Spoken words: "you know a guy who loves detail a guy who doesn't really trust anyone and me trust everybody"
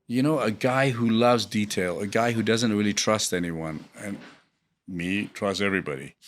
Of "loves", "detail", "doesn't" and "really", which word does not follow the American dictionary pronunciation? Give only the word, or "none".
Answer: none